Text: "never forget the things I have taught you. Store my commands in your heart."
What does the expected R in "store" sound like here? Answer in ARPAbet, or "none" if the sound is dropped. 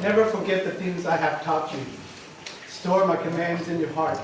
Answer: R